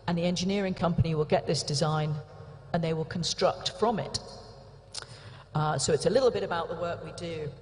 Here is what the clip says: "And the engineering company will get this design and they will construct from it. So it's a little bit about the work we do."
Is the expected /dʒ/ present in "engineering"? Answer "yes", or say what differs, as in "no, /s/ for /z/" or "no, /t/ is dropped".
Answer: yes